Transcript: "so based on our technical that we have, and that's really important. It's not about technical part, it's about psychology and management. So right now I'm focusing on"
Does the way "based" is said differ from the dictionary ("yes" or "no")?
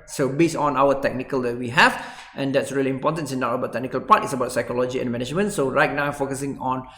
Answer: yes